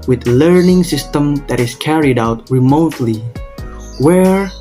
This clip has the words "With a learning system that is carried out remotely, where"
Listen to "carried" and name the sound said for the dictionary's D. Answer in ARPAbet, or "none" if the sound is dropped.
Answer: D